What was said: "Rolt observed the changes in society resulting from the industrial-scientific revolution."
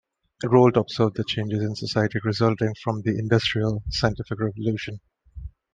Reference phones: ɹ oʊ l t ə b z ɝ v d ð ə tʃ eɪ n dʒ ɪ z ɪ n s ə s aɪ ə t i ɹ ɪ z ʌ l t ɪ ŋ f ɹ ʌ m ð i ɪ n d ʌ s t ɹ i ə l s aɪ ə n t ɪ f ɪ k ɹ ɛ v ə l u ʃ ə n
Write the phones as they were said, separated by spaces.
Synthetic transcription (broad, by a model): ɹ oʊ l t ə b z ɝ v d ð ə tʃ eɪ n dʒ ɪ z ɪ n s ə s aɪ ə t i ɹ ɪ z ʌ l t ɪ ŋ f ɹ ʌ m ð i ɪ n d ʌ s t ɹ i ə l s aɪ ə n t ɪ f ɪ k ɹ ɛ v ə l u ʃ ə n